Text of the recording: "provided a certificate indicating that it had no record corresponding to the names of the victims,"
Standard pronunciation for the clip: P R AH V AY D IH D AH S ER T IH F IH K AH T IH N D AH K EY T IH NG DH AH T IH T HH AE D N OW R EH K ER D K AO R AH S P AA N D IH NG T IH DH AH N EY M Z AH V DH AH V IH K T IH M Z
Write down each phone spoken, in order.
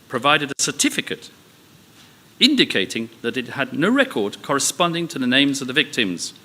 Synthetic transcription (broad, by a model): P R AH V AY D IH D AH S ER T IH F IH K AH T IH N D AH K EY T IH NG DH AH T IH T HH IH D N OW R EH K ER D K AO R AH S P AA N D IH NG T IH DH AH N EY M Z AH V DH AH V IH K T IH M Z